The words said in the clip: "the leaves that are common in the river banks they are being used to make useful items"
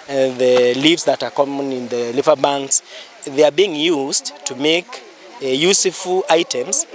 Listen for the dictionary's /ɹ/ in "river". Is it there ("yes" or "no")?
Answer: no